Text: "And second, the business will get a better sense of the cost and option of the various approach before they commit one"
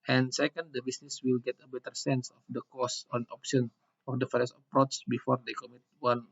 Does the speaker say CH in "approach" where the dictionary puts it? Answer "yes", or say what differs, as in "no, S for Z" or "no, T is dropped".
no, S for CH